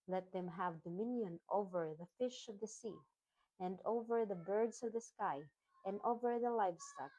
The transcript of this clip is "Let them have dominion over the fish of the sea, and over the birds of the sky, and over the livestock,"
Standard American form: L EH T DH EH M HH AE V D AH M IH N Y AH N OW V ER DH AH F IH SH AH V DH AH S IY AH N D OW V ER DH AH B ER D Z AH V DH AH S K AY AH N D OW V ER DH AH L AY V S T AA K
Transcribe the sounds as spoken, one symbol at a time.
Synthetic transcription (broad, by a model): L EH T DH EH M HH AE V D AH M IH N Y AH N OW V ER DH AH F IH SH AH V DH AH S IY AH N D OW V ER DH AH B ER D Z AH V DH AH S K AY AH N D OW V ER DH AH L AY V S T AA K